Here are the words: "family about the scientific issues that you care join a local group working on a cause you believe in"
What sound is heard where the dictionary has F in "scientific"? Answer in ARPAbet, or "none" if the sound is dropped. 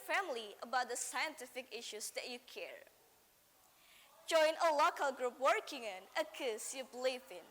F